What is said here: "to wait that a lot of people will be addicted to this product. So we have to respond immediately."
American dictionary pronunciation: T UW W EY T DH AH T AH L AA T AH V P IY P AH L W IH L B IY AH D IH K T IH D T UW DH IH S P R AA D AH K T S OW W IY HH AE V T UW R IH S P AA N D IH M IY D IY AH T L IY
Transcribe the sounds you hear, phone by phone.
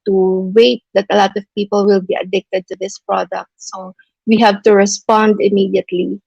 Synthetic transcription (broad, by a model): T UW W EY T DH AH T AH L AA T AH V P IY P AH L W IH L B IY AH D IH K T IH D T UW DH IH S P R AA D AH K T S OW W IY HH AE V T UW R IH S P AA N D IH M IY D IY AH T L IY